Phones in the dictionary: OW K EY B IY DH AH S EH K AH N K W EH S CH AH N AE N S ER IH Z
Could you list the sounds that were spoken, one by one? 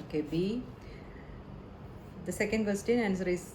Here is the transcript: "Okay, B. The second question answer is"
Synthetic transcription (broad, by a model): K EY B IY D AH S EH K AH N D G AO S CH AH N AE N S ER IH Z